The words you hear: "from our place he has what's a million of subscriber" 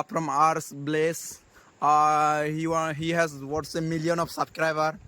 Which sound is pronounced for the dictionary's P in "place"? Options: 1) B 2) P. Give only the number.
1